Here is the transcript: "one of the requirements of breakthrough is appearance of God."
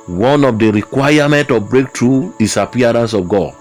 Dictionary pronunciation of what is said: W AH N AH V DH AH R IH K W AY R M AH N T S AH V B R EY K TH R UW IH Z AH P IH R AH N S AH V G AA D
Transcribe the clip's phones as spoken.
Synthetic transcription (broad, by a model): W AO N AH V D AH R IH K W AY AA M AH N T AH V B R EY K T R UW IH S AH P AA R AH N S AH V G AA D